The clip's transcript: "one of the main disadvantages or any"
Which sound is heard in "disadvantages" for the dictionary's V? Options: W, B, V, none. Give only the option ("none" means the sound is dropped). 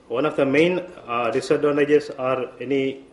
none